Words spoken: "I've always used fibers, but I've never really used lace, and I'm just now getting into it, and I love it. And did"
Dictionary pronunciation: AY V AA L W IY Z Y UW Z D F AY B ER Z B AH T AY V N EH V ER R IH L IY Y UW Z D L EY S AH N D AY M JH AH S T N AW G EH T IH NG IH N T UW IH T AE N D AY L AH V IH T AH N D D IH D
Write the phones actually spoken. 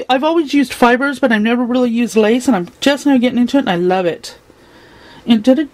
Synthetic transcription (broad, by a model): AY V AA L W IY Z Y UW Z D F AY B ER Z B AH T AY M N EH V ER R IH L IY Y UW Z D L EY S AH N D AY M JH AH S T N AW G EH T IH NG IH N T UW IH T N AY L AH V IH T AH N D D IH